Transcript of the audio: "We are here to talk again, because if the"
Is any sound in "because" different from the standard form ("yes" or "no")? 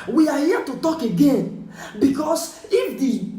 yes